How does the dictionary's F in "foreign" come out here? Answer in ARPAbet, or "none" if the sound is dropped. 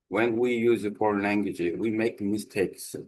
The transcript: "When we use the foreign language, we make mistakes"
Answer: P